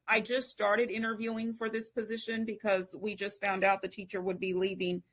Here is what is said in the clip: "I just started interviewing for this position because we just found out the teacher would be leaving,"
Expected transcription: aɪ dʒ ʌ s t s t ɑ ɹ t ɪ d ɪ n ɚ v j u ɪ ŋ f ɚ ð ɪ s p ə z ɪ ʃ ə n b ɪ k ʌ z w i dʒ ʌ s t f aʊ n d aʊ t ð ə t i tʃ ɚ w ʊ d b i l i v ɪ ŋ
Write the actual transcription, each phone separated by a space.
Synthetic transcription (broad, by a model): aɪ dʒ ʌ s t s t ɑ ɹ t ɪ d ɪ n ɚ v j u ɪ ŋ f ɚ ð ɪ s p ə z ɪ ʃ ə n b ɪ k ʌ z w i dʒ ʌ s t f aʊ n d aʊ t ð ə t i tʃ ɚ w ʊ d b i l i v ɪ ŋ